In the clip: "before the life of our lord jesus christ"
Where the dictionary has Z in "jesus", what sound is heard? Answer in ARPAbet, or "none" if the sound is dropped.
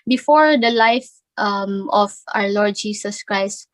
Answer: S